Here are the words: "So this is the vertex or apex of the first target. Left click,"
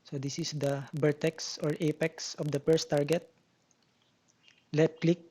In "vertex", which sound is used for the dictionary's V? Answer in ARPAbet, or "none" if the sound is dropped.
B